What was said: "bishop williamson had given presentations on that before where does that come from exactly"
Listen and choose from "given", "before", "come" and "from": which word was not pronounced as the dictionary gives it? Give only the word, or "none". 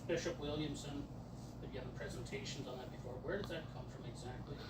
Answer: given